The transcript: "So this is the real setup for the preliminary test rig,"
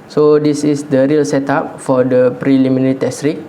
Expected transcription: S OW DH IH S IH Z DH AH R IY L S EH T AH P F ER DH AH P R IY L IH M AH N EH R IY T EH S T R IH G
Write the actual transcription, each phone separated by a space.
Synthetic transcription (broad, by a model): S OW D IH S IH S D AH R IY L S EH T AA P F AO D AH P R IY L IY M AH N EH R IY T EH S T R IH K